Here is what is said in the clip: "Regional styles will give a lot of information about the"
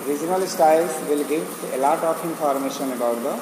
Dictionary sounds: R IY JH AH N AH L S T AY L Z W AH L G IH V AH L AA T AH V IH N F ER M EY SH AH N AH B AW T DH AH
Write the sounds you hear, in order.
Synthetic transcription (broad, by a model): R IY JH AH N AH L S T AY L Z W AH L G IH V AH L AA T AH P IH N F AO M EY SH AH N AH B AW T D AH